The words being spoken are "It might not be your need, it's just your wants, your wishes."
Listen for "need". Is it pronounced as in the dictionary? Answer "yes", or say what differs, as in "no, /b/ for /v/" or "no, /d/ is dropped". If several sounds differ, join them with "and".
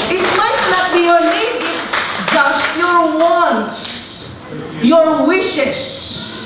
no, /l/ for /n/